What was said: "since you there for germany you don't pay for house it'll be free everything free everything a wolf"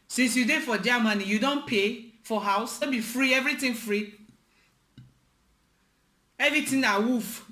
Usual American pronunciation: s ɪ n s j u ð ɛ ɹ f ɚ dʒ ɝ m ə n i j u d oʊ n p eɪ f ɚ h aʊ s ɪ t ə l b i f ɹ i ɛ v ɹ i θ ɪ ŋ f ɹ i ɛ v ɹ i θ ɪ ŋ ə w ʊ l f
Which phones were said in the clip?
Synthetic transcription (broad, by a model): s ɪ n s j u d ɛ f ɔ dʒ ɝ m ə n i j u d oʊ n p eɪ f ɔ h aʊ s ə n b i f ɹ i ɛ v ɹ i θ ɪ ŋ f ɹ i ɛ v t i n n ə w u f